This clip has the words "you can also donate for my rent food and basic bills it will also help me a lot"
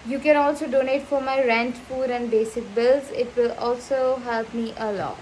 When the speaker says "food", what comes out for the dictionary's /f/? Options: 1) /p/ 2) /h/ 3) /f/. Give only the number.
1